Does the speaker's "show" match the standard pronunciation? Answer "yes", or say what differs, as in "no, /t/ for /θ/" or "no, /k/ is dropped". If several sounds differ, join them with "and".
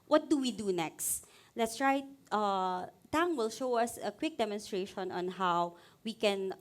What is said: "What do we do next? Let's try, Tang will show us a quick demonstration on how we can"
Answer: yes